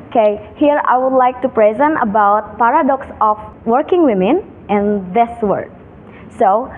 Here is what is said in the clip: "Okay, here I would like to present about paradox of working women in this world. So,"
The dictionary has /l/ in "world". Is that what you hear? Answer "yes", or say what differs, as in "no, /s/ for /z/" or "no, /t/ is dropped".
no, /l/ is dropped